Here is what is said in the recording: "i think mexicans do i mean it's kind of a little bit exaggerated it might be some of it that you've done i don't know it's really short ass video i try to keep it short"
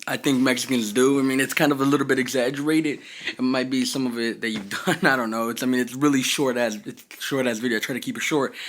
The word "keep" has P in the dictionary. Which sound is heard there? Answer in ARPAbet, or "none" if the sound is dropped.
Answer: P